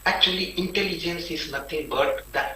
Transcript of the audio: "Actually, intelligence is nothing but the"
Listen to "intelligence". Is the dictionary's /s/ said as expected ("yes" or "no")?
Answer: yes